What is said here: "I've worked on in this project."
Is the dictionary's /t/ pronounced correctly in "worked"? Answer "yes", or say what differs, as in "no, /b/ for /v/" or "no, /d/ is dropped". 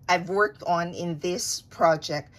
yes